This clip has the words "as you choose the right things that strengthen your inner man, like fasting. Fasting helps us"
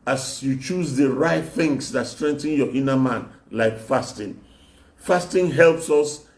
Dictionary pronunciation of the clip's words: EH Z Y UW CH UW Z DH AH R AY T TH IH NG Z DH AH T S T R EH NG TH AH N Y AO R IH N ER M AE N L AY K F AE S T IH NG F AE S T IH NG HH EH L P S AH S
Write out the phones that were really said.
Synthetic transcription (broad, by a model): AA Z Y UW CH UW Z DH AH R AY T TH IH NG S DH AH T S T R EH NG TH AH N Y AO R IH N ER M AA N L AY K F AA S T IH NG F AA S T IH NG HH EH L P S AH S